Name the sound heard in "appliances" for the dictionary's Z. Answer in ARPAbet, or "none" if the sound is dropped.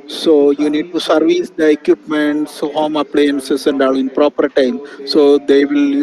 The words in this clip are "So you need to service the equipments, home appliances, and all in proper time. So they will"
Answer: S